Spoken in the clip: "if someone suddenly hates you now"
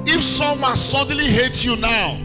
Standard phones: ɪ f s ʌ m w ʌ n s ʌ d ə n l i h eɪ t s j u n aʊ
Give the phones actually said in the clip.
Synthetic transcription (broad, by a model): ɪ f s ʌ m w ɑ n s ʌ d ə n l i h eɪ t j u n aʊ